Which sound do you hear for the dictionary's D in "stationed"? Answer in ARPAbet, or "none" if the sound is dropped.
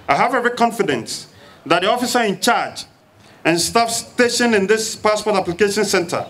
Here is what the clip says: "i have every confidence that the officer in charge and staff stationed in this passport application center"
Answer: none